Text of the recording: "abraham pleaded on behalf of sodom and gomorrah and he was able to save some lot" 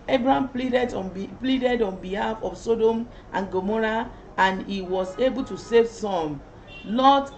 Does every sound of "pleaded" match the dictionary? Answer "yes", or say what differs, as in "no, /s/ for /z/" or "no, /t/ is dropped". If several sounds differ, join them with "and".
yes